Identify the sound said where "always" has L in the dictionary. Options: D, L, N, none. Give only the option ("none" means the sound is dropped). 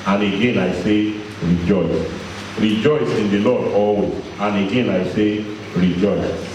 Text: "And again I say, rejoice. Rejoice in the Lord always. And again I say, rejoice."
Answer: none